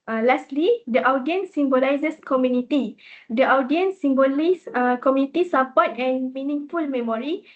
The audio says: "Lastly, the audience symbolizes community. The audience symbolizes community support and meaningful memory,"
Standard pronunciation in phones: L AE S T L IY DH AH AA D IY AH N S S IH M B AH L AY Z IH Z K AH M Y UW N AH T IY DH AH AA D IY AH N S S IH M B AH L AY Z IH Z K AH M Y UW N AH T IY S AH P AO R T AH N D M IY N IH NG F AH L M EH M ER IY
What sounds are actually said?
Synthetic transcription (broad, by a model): L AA S T L IY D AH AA D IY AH N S S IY M B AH L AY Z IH S K AH M Y UW N AH T IY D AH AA D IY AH N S S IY M B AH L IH S K AH M Y UW N AH T IY S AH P AO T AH N M IY N IH NG F AH L M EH M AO IY